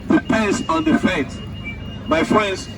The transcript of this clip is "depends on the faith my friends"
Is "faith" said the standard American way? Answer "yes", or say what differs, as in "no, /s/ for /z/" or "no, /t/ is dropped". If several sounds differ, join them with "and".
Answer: no, /t/ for /θ/